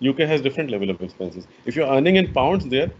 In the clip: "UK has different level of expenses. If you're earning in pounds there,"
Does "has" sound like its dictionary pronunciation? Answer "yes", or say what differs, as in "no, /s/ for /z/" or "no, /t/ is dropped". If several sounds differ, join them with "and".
yes